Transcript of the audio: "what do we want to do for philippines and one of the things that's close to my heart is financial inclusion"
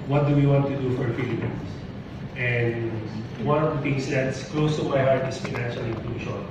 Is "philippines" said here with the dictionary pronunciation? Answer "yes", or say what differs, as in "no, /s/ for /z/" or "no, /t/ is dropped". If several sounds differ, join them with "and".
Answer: no, /s/ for /z/